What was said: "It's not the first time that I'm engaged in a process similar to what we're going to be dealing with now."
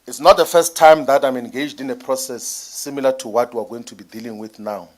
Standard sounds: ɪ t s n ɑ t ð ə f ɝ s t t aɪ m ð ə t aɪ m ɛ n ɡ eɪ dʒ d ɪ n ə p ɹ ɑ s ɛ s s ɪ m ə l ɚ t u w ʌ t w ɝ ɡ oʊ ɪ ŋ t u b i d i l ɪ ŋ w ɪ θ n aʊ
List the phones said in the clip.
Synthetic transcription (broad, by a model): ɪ t s n ɑ t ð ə f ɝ s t t aɪ m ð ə t aɪ m ɛ n ɡ eɪ dʒ d ɪ n ə p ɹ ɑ s ɛ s s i m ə l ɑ t u w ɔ t w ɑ ɡ oʊ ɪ ŋ t u b i d i l ɪ ŋ w ɪ θ n aʊ